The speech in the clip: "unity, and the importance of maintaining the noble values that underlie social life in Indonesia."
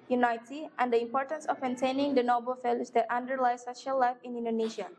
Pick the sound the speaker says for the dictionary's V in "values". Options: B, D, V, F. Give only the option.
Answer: F